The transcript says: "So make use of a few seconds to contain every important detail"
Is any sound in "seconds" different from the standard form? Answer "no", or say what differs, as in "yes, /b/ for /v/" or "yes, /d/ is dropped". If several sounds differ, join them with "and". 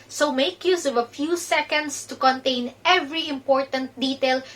yes, /s/ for /z/